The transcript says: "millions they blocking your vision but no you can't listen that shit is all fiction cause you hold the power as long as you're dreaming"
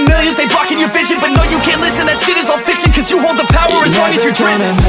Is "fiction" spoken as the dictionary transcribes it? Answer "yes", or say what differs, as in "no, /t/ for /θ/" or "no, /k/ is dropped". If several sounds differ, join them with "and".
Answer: no, /s/ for /ʃ/